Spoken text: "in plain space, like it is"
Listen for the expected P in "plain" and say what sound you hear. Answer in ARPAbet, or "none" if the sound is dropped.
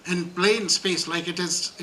B